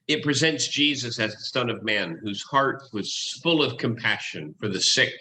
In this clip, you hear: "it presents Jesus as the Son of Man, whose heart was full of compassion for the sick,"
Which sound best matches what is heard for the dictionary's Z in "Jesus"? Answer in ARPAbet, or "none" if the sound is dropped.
Z